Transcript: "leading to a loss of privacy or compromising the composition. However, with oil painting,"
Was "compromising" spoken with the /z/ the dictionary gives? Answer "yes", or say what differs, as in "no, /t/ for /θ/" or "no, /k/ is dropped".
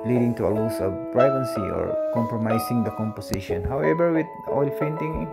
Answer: no, /s/ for /z/